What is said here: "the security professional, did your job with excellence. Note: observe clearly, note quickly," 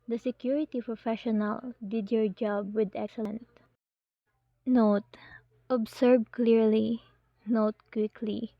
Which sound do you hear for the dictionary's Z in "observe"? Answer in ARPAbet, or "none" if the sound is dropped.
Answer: S